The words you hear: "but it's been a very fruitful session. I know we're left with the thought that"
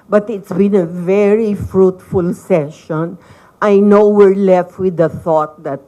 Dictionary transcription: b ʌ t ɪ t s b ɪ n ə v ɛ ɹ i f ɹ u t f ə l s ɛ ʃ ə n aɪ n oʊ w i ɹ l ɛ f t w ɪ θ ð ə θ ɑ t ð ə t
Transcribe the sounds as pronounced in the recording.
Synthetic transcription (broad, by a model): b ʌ t ɪ t s b ɪ n ə v ɛ ɹ i f ɹ u t f ə l s ɛ ʃ ə n aɪ n oʊ w i ɹ l ɛ f t w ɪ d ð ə θ ɑ t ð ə t